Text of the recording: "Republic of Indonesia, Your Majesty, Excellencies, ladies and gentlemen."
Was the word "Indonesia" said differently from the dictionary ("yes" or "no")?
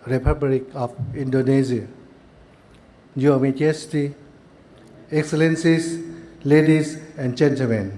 yes